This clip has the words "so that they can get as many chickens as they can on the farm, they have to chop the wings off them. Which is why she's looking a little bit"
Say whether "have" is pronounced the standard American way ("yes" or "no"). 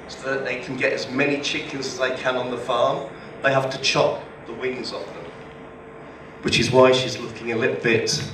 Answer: no